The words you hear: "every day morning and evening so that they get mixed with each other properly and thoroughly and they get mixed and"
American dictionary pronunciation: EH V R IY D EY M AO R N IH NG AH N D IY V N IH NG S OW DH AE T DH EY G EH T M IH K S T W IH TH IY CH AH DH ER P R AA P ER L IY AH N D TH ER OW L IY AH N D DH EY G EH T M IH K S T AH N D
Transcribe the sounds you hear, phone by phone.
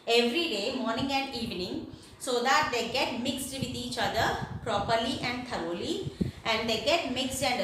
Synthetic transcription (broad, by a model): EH V R IY D EY M AO R N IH NG AH N D IY V N IH NG S OW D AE T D EY G EH T M IH K S T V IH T IY CH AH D ER P R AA P ER L IY AH N D T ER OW L IY AH N D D EY G EH T M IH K S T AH N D